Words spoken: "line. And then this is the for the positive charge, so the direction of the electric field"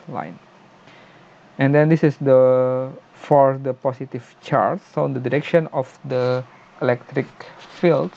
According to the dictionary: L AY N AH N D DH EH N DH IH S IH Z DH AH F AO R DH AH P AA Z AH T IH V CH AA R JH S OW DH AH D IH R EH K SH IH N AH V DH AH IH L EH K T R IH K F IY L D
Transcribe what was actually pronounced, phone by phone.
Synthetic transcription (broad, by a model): L AY N AH N D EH N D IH S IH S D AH F AO R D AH P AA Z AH T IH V CH AA R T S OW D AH D IH R EH K SH IH N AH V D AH IH L EH K T R IH K F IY L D